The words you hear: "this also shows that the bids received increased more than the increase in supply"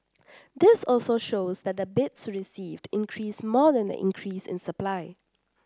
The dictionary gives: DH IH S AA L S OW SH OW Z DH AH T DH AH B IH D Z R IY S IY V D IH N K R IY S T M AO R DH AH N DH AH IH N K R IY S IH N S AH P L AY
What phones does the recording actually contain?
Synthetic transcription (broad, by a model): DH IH S AA L S OW SH OW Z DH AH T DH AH B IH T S R IY S IY V D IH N K R IY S M AO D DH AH N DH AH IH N K R IY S IH N S AH P L AY